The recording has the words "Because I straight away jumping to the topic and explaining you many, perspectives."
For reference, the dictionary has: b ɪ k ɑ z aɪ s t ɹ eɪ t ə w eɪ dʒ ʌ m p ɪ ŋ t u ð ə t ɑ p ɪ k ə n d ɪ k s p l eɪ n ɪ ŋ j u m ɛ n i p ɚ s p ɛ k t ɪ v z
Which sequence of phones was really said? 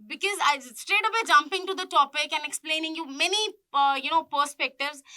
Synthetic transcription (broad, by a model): b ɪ k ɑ z aɪ s t ɹ eɪ t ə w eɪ dʒ ʌ m p ɪ ŋ t u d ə t ɑ p ɪ k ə n ɪ k s p l eɪ n ɪ ŋ j u m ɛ n i p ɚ s p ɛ k t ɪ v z